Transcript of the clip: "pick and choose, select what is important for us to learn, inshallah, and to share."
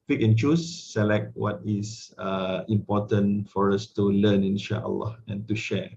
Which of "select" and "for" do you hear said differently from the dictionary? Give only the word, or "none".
none